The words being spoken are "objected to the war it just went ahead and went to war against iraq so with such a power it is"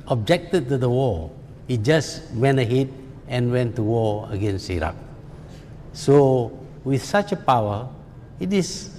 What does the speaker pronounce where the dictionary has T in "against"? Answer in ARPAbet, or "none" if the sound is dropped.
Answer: none